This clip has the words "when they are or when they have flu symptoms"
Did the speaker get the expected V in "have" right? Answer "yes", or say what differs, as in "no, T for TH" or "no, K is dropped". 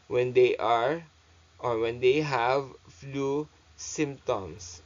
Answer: yes